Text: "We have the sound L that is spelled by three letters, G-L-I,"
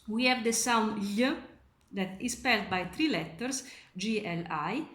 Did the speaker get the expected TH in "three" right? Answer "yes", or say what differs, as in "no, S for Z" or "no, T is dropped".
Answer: no, T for TH